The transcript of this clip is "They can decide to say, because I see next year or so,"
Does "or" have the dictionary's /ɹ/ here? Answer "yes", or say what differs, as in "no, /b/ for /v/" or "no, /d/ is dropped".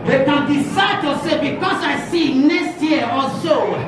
no, /l/ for /ɹ/